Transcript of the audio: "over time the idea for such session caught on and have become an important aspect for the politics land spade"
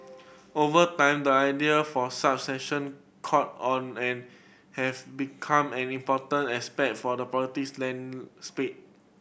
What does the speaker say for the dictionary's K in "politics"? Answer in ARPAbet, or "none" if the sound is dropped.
none